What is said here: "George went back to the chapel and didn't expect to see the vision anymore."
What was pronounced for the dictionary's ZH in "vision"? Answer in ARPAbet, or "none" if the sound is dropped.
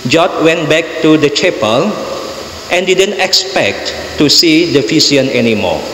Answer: S